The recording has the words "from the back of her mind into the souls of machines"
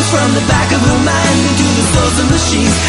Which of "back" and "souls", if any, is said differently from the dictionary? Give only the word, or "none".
souls